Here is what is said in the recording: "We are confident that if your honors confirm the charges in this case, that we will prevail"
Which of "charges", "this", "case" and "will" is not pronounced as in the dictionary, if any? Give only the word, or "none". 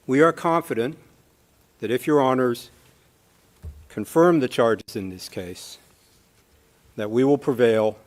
none